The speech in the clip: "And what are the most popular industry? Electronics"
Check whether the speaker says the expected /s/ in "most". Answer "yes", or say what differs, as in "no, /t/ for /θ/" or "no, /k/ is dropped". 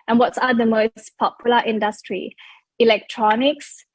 yes